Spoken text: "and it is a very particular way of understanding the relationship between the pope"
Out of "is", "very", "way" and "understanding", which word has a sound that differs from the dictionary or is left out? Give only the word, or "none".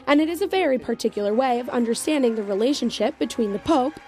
none